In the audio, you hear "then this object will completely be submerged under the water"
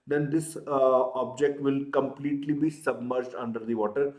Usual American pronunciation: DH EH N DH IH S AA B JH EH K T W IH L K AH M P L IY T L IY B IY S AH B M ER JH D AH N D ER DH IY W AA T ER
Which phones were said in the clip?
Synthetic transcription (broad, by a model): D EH N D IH S AA B JH EH K T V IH L K AH M P L IY T L IY B IY S AH B M ER JH D AH N D ER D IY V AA T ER